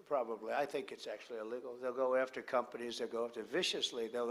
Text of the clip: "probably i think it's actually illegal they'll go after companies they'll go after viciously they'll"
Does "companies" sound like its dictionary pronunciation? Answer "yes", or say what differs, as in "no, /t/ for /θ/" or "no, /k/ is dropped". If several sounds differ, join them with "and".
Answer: yes